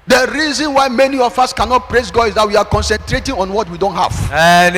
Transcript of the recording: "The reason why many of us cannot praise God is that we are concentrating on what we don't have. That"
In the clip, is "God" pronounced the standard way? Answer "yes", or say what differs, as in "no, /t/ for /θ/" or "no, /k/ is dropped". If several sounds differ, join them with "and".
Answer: no, /d/ is dropped